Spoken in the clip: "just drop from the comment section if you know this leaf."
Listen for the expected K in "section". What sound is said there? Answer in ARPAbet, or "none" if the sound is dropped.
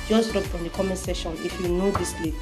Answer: none